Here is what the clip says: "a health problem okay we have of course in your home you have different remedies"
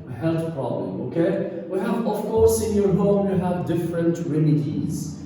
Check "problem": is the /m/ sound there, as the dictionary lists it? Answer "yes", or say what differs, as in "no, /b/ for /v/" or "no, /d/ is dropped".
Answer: no, /m/ is dropped